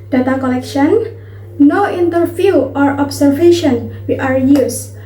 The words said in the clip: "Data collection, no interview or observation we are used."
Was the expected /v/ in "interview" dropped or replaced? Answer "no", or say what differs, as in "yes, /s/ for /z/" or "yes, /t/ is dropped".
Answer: yes, /f/ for /v/